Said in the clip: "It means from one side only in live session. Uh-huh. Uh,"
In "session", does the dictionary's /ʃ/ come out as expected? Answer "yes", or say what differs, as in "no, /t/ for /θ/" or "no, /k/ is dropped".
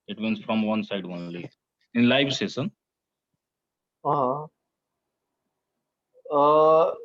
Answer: no, /s/ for /ʃ/